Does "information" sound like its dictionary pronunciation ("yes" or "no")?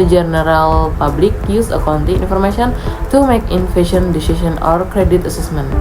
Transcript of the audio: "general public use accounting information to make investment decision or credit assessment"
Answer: no